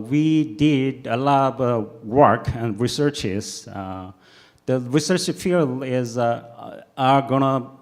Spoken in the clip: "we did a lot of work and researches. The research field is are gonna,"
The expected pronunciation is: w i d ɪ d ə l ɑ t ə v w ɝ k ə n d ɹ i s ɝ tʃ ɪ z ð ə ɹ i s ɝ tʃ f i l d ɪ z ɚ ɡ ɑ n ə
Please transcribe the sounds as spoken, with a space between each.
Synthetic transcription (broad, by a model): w i d ɪ d ə l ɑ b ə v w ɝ k ə n d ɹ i s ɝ tʃ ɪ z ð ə ɹ i s ɝ tʃ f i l ɪ z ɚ ɡ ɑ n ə